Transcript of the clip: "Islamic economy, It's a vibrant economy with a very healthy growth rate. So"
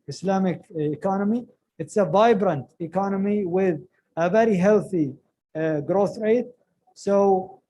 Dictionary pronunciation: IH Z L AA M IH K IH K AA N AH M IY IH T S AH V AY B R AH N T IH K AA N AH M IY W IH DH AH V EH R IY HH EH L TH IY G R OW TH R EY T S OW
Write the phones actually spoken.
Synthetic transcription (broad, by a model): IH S L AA M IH K IH K AA N AH M IY IH T S AH V AY B R AH N T IH K AA N AH M IY W IH DH AH V EH R IY HH EH L TH IY G R OW TH R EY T S OW